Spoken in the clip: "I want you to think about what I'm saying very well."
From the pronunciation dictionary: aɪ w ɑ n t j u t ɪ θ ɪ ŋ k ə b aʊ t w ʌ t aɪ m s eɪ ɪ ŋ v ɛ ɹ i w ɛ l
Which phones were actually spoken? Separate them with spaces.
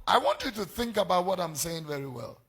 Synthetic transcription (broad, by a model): aɪ w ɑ n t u t ɪ θ ɪ ŋ k ə b aʊ t w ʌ t aɪ m s eɪ ɪ ŋ v ɛ ɹ i w ɛ l